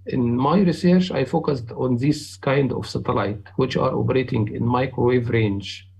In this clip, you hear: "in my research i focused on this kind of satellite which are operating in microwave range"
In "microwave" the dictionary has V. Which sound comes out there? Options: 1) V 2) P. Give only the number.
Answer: 1